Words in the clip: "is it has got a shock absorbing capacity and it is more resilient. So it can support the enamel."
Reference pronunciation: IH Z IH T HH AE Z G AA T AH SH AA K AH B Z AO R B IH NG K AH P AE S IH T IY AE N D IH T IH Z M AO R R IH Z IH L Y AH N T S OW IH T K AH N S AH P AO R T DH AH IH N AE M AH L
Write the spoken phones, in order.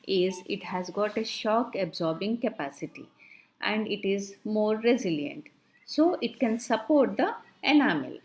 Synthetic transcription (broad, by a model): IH Z IH T HH AE Z G AA T AH SH AA K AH B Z AO R B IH NG K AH P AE S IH T IY AE N D IH T IH Z M AO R R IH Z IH L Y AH N T S OW IH T K AH N S AH P AO R T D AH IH N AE M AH L